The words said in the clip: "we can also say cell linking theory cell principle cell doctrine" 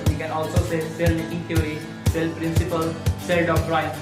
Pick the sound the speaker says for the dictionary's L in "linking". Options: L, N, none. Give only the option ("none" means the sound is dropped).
N